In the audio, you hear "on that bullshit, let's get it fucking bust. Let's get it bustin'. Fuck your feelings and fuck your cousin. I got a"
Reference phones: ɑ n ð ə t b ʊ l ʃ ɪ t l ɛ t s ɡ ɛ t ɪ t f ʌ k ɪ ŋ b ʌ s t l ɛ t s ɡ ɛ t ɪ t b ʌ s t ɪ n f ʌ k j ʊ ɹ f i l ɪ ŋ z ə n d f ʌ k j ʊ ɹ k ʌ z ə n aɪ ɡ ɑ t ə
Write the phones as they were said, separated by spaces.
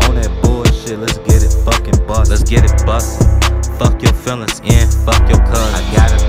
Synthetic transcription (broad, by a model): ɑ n ð ə t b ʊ ʃ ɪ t l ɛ t s ɡ ɛ t ɪ t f ʌ k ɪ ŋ b ʌ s l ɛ t s ɡ ɛ t ɪ t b ʌ s f ʌ k j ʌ ɹ f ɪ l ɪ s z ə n f ʌ k j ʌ ɹ k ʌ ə ɪ ɡ ɑ t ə